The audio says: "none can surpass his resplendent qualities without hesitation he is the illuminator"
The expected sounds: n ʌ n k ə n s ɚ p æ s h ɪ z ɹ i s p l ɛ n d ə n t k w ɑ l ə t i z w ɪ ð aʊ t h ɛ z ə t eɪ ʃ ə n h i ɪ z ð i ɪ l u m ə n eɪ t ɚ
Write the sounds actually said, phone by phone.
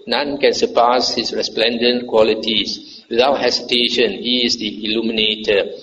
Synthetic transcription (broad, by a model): n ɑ n k ə n s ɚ p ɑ s h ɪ s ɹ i s p l ɛ n d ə n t k w ɑ l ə t i s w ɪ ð aʊ t h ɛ s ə t eɪ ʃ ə n h i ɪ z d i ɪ l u m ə n eɪ t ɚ